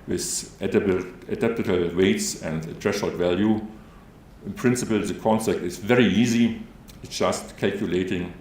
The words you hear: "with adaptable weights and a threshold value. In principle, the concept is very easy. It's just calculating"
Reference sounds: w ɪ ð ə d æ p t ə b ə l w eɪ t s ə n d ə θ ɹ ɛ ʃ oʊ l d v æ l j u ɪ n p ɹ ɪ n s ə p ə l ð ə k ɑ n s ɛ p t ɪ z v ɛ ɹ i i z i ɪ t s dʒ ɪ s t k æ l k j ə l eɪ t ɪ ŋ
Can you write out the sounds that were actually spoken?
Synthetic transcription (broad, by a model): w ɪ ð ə d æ p t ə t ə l w eɪ t s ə n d ə t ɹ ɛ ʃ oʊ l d v æ l j u ɪ n p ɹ ɪ n s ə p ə l ð ə k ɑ n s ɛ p t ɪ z v ɛ ɹ i i z i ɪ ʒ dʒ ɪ s t k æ l k j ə l eɪ t ɪ ŋ